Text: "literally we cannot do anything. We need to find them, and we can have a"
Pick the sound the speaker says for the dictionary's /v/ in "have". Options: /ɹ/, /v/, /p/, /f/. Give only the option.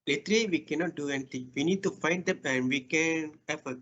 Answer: /f/